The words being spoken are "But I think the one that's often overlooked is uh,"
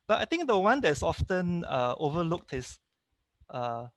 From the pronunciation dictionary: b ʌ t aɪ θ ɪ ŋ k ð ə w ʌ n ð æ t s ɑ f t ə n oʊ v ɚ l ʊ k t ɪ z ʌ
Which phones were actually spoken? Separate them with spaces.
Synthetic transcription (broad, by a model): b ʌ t aɪ t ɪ ŋ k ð ə w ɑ n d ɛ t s ɑ f t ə n oʊ v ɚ l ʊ k t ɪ s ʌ